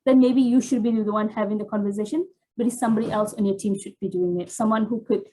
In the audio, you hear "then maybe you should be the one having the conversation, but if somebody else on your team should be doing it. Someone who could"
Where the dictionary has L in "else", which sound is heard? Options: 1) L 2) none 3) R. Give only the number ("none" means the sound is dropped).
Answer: 1